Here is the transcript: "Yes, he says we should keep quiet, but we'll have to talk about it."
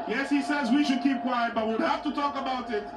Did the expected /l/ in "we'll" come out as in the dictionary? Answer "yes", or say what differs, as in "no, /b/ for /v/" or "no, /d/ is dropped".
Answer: no, /w/ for /l/